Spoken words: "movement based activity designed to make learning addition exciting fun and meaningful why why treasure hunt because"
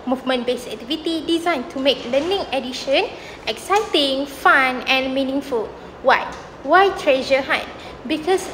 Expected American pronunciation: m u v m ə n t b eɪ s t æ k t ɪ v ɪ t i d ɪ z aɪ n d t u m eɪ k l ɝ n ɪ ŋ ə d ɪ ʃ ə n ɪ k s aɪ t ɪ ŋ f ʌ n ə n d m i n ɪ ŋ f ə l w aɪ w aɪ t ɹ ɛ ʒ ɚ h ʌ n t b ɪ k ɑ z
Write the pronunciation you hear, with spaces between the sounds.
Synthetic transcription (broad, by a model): m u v m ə n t b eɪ s æ k t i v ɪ t i d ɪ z aɪ n t u m eɪ k l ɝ n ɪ ŋ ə d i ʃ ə n ɪ k s aɪ t ɪ ŋ f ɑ n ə n m i n ɪ ŋ f ə l w aɪ w aɪ t ɹ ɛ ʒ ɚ h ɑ t b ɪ k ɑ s